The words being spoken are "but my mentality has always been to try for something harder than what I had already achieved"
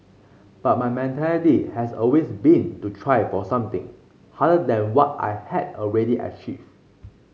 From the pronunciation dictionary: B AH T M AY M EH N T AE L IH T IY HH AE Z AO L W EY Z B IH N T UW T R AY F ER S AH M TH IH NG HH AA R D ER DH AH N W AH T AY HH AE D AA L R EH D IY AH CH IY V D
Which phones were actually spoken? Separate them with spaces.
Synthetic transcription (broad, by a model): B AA T M AY M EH N T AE L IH T IY HH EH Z AO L W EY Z B IH N T UW T R AY F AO S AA M T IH NG HH AA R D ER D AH N W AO T AY HH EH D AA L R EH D IY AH CH IY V